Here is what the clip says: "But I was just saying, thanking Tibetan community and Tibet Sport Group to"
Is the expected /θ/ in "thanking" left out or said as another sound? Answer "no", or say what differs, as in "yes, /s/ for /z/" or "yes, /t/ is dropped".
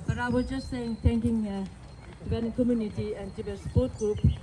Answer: yes, /t/ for /θ/